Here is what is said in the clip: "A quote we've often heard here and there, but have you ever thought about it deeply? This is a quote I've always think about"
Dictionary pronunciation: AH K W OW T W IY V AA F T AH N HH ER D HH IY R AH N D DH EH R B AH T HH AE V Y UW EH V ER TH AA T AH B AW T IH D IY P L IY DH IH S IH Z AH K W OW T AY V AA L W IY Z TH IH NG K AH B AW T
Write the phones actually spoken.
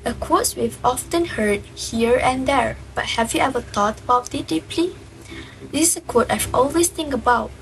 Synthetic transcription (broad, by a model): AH K W OW T W IY V AA F T AH N HH ER D HH IY R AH N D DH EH R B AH T HH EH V Y UW EH V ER T AA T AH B AW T IH D IY P L IY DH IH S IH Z AH K W OW T AY V AA L W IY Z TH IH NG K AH B AW T